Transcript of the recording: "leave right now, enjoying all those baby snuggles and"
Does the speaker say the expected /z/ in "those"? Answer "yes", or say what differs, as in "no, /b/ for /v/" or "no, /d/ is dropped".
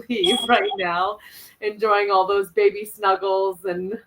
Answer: yes